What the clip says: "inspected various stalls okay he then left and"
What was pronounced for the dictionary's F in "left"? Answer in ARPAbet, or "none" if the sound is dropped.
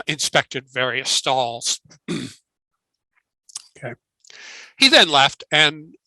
F